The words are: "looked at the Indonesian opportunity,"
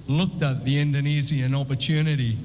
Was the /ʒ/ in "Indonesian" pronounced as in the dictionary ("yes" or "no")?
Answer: no